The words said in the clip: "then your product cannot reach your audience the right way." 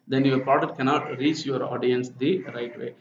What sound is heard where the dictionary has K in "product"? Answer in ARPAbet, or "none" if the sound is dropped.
none